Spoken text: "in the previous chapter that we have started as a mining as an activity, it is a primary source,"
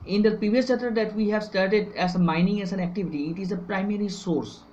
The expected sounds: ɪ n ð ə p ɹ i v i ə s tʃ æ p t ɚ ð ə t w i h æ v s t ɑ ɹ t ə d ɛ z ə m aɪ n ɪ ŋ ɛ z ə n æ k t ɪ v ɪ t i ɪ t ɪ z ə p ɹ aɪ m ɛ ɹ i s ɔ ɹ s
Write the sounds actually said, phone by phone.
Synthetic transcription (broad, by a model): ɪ n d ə p ɹ i v i ə s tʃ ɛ t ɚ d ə t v i h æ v s t ɑ ɹ t ə d ɛ z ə m aɪ n ɪ ŋ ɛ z ə n æ k t ɪ v ɪ t i ɪ t ɪ z ə p ɹ aɪ m ɛ ɹ i s ɔ ɹ s